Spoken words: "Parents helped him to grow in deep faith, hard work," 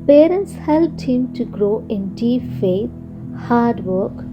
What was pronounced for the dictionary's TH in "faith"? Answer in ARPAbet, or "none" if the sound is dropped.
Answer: T